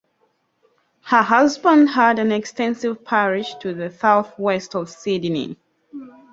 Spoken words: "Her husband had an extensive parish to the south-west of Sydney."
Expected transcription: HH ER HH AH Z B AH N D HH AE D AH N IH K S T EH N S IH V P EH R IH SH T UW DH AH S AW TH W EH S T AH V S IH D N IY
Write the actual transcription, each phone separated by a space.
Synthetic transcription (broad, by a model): HH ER HH AH Z B AH N D HH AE D AH N IH K S T EH N S IH V P EH R IH SH T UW DH AH S AW TH W EH S T AH V S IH D N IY